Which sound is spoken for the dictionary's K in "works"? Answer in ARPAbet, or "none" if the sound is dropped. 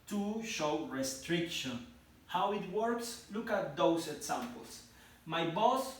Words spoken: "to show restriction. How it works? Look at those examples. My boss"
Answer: K